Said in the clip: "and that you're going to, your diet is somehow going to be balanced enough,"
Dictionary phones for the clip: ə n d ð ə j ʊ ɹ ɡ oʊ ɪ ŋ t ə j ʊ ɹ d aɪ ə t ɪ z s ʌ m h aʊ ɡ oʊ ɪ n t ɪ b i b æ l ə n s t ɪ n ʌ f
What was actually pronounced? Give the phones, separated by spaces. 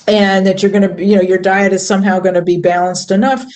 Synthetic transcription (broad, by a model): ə n ð ə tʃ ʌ ɹ ɡ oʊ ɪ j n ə j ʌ ɹ d aɪ ə t ɪ z s ʌ m h aʊ ɡ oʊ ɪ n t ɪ b i b æ l ə n s t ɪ n ʌ f